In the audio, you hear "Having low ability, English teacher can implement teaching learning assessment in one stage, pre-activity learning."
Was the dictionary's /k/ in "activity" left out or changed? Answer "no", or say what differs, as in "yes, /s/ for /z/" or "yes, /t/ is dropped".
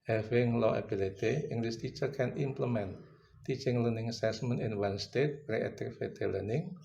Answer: yes, /k/ is dropped